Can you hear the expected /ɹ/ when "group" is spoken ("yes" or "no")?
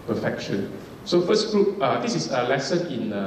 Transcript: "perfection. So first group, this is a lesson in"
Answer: no